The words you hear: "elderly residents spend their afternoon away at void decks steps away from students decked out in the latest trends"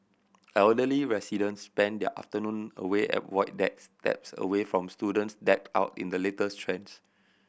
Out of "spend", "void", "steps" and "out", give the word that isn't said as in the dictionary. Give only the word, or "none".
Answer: void